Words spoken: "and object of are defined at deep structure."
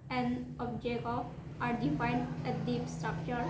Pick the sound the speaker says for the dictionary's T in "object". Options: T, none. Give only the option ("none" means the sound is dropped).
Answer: none